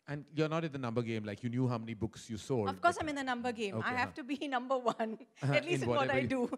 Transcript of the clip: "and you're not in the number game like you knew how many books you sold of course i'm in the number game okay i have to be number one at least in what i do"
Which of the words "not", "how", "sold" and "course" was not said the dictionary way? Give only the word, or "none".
sold